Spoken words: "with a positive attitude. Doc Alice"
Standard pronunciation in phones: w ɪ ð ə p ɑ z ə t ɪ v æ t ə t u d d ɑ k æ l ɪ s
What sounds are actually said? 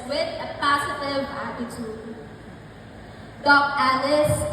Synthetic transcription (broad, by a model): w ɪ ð ə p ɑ s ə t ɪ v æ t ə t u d d ɑ k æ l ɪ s